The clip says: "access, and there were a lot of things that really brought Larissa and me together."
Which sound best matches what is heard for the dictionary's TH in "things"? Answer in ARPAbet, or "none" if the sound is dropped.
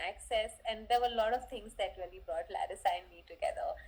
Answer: T